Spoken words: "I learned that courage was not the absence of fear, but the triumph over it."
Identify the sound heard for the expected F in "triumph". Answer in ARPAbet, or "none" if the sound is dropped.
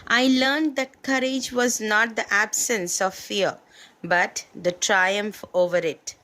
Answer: F